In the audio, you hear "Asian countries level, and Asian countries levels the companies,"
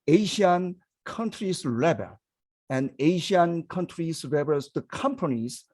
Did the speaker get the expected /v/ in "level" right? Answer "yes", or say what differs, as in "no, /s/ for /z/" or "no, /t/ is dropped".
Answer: no, /b/ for /v/